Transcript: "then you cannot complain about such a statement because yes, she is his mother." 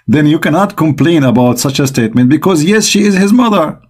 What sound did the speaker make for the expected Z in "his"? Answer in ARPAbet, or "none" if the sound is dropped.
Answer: Z